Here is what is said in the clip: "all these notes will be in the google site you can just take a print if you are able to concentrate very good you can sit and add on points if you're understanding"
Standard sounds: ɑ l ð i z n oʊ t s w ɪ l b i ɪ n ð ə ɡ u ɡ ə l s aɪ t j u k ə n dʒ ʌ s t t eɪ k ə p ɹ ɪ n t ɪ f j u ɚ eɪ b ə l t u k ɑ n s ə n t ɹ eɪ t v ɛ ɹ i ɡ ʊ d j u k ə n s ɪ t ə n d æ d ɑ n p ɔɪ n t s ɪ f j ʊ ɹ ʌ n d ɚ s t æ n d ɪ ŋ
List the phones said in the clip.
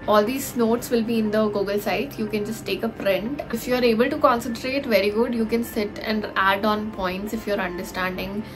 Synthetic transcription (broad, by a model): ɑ l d i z n oʊ t s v ɪ l b i ɪ n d ə ɡ u ɡ ə l s aɪ t j u k ə n dʒ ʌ s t t eɪ k ə p ɹ ɪ n t ɪ f j u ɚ eɪ b ə l t u k ɑ n s ə n t ɹ eɪ t v ɛ ɹ i ɡ ʊ d j u k ə n s ɪ t ə n d æ d ɑ n p ɔɪ n t s ɪ f j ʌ ɹ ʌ n d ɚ s t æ n d ɪ ŋ